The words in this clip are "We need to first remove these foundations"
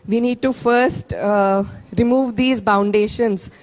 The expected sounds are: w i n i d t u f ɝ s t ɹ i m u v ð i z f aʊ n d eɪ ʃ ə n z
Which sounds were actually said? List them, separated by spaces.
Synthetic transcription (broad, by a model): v i n i d t u f ɝ s t ɹ i m u v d i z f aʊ n d eɪ ʃ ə n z